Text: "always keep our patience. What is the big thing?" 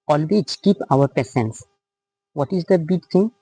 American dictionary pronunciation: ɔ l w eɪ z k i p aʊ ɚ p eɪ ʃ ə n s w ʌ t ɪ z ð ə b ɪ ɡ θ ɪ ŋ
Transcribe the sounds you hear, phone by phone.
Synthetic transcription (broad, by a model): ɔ l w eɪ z k i p aʊ ɚ p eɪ s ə n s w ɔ t ɪ z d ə b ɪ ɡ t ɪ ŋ